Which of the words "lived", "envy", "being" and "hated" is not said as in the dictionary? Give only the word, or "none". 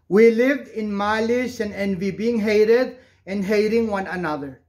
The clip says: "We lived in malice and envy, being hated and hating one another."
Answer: none